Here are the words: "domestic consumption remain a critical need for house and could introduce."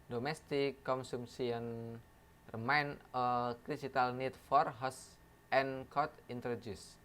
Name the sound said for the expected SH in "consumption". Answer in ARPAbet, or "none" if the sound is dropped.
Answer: S